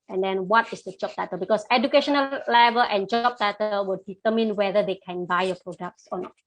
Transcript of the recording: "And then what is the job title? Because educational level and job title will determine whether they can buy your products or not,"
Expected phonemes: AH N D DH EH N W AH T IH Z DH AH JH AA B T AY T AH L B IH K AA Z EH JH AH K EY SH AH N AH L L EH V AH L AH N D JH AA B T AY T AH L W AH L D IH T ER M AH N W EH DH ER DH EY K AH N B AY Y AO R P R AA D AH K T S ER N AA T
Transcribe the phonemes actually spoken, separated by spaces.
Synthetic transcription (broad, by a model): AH N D EH N W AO T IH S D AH JH AA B T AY T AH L B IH K AA S EH JH AH K EY SH AH N AH L L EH V AH L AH N JH AA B T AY T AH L W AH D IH T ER M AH N W EH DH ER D EY K AH N B AY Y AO P R AA D AH K T S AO N AA T